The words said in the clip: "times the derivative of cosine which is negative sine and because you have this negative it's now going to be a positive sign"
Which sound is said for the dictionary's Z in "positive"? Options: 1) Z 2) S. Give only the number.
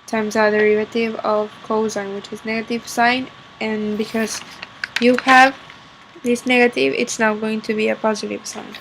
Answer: 1